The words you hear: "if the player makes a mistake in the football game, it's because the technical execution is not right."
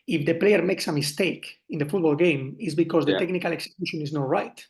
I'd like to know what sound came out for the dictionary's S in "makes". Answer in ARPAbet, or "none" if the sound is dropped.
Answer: S